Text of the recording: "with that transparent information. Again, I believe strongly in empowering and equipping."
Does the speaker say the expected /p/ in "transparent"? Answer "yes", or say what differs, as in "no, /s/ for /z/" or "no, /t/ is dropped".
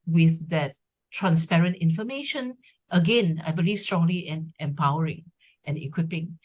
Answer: yes